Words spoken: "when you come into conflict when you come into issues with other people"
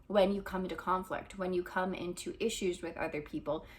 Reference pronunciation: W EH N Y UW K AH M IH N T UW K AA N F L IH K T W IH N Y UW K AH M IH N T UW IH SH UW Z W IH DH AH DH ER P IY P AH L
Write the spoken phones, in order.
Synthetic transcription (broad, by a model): W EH N Y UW K AH M IH N T UW K AA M F L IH K T W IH N Y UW K AH M IH N T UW IH SH UW Z W IH DH AH DH ER P IY P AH L